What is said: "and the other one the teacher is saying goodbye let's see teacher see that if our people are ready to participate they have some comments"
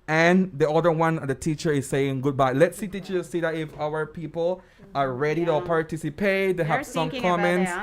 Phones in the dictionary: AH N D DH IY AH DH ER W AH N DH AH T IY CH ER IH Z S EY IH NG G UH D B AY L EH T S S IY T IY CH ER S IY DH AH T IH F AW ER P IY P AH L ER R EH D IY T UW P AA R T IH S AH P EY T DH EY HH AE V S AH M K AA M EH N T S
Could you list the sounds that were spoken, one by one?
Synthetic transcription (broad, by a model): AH N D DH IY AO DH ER W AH N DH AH T IY CH ER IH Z S EY IH NG G UH D B AY L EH T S S IY T IY CH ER S IY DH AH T IH F AW ER P IY P AH L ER R EH D IY T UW P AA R T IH S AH P EY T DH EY HH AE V S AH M K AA M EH N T S